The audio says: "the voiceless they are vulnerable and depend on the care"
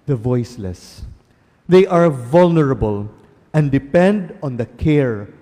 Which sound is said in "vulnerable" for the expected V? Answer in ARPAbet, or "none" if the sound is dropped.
V